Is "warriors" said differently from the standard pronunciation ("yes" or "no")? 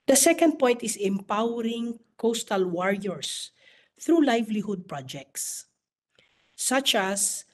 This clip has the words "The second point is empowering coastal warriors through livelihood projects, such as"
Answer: yes